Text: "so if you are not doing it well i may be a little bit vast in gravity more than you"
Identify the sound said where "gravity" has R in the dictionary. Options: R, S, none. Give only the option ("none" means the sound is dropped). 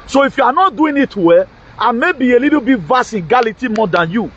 none